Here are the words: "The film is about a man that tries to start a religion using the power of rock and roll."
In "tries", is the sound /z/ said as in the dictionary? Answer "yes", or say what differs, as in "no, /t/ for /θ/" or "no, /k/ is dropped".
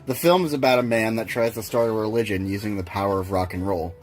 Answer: yes